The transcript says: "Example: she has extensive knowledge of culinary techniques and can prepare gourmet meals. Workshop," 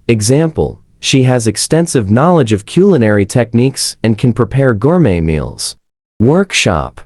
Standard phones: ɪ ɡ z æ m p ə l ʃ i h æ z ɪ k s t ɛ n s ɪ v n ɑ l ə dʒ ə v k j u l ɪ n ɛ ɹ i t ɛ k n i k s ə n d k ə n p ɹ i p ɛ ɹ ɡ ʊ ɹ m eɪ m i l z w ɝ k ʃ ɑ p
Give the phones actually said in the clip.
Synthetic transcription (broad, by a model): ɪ ɡ z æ m p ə l ʃ i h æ z ɪ k s t ɛ n s ɪ v n ɑ l ə dʒ ə v k j u l ɪ n ɛ ɹ i t ɛ k n i k s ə n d k ə n p ɹ i p ɛ ɹ ɡ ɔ ɹ m eɪ m i l z w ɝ k ʃ ɑ p